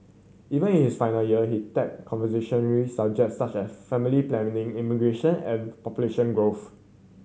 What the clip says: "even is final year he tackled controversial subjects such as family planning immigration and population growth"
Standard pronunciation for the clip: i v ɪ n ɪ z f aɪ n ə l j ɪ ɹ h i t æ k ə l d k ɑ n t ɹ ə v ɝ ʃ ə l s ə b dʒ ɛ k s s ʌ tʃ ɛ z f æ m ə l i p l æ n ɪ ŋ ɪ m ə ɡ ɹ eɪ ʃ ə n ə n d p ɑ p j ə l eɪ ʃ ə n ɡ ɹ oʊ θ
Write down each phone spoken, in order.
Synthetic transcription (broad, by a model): i v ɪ n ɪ s f aɪ n ə l j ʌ h i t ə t k ɑ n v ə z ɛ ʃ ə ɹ s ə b dʒ ɛ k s s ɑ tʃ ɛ s f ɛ m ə l i p l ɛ n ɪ ŋ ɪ m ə ɡ ɹ eɪ ʃ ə n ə n p ɑ p j ə l eɪ ʃ ə n ɡ ɹ oʊ f